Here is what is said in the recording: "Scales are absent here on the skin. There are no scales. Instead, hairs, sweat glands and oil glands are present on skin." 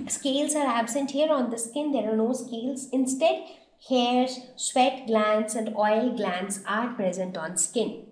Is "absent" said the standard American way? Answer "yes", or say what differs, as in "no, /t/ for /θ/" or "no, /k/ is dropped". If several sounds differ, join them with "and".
yes